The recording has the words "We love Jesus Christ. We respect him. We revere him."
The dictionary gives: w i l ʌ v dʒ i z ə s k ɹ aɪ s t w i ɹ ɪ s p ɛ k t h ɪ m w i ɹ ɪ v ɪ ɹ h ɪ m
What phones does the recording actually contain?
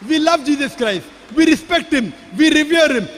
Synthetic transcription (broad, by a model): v i l ʌ v dʒ i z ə s k ɹ aɪ s t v i ɹ ɪ s p ɛ k t h ɪ m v i ɹ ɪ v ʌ ɹ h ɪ m